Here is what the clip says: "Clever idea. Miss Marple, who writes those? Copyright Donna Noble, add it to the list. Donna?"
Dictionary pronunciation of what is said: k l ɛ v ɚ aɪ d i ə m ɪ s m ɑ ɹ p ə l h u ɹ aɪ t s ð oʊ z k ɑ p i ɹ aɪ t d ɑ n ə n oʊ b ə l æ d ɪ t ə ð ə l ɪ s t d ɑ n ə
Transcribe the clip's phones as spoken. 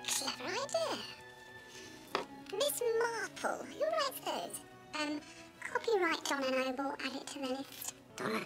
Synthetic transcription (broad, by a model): k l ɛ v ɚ aɪ d i ə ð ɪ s m ɑ ɹ p ə l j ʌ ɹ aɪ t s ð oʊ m k ɑ p i ɹ aɪ t d ɑ n ə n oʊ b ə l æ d ɪ t ə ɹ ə n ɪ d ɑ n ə